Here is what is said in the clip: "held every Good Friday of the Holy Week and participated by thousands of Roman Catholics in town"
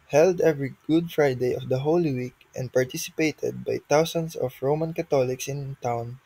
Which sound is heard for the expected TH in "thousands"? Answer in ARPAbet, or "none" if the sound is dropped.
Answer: T